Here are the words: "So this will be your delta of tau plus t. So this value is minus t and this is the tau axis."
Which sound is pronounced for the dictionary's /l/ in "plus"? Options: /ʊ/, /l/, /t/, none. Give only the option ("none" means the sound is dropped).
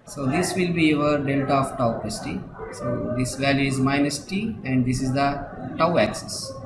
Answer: none